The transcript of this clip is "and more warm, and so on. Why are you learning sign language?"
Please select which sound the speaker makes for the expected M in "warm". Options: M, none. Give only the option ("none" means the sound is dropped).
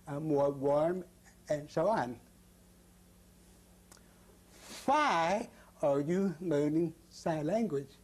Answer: M